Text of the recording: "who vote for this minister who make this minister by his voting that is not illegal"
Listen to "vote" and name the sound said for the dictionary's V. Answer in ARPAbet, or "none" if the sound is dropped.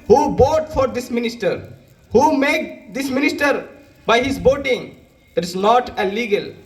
B